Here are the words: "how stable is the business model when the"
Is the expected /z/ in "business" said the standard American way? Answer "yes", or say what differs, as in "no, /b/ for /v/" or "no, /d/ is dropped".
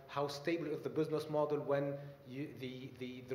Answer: yes